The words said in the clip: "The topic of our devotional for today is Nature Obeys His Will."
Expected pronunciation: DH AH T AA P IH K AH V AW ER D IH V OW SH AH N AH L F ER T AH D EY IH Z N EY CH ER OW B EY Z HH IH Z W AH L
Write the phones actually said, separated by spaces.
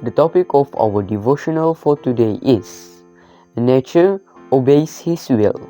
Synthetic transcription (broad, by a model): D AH T AA P IH K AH F AW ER D IH V OW SH AH N AH L F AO T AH D EY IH S N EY CH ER OW B EY S HH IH S W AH L